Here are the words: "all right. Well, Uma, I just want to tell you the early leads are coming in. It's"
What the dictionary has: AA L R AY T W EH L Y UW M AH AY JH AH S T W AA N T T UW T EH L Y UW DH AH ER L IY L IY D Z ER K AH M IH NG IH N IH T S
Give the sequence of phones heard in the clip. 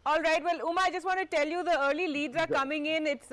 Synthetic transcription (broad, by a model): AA L R AY T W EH L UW M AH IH JH AH S T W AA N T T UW T EH L Y UW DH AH ER L IY L IY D ER K AH M IH NG IH N IH T S